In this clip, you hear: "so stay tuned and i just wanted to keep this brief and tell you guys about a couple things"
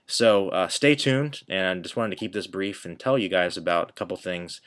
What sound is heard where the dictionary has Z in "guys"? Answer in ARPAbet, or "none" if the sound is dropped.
Z